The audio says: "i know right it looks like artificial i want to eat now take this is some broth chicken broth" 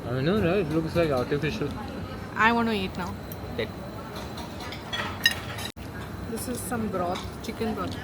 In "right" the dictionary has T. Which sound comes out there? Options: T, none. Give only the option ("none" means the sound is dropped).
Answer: none